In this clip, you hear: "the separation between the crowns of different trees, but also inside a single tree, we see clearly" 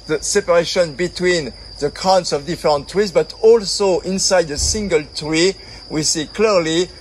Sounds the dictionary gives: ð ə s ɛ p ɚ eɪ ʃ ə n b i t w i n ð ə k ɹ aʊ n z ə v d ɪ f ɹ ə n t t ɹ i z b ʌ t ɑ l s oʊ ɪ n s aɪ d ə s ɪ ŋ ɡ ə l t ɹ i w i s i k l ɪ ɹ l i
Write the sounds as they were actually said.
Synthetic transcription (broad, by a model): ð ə s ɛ p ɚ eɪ ʃ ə n b i t w i n ð ə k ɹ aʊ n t ə v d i f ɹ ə n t t ɹ i z b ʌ t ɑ l s oʊ ɪ n s aɪ d ə s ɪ ŋ ɡ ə l t ɹ i w i s i k l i ɹ l i